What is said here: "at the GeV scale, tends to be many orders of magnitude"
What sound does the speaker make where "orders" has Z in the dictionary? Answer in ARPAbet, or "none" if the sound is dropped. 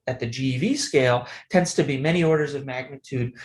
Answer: Z